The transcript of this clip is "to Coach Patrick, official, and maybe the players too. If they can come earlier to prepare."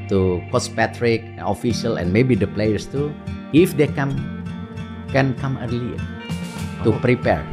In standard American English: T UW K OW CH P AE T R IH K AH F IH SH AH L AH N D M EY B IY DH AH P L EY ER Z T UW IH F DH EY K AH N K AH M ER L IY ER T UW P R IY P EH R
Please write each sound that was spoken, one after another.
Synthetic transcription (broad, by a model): T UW K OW S P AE T R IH K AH F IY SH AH L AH N M EY B IY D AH P L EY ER S T UW IH F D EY K AH N K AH M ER L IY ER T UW P R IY P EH R